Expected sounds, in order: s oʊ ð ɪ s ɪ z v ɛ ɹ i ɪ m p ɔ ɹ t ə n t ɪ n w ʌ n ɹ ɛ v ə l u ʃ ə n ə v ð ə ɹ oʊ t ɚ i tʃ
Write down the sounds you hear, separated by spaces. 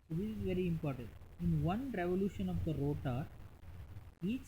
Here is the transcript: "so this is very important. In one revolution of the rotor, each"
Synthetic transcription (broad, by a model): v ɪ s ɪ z v ɛ ɹ i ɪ m p ɔ ɹ t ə n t ɪ n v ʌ n ɹ ɛ v ə l u ʃ ə n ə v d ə ɹ oʊ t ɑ i tʃ